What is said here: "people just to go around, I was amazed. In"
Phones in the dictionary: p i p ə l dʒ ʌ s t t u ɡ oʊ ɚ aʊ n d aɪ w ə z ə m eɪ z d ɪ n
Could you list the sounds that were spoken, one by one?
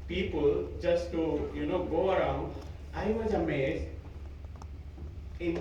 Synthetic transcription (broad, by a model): p i p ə l dʒ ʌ s t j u ɡ oʊ ɚ aʊ n d aɪ w ə z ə m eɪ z ɪ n